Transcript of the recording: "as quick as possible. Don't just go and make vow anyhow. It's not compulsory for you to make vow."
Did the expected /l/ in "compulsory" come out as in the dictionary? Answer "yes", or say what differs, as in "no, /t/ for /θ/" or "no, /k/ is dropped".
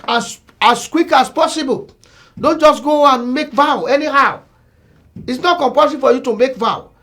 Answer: no, /l/ is dropped